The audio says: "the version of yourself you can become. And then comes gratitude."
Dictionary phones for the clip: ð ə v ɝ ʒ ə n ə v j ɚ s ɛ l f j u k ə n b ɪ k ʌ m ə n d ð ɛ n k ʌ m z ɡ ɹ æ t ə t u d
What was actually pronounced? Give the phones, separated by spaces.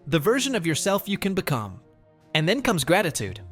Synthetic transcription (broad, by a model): ð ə v ɝ ʒ ə n ə v j ɚ s ɛ l f j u k ə n b ɪ k ʌ m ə n ð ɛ n k ʌ m z ɡ ɹ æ t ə t u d